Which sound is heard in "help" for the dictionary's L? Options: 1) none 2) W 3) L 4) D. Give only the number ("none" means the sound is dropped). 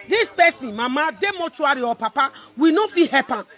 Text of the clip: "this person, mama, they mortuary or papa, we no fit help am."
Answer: 1